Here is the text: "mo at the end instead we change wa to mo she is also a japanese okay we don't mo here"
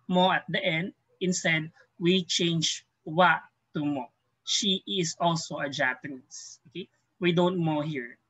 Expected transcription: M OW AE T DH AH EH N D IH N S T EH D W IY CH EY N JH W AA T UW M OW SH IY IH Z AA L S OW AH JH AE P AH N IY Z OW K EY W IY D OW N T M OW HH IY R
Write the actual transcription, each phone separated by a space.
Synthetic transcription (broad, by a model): M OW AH T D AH EH N D IH N S T EH D W IY CH EY N JH W AA T UW M OW SH IY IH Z AA L S OW AH JH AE P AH N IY S OW K EY W IY D OW N T M OW HH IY R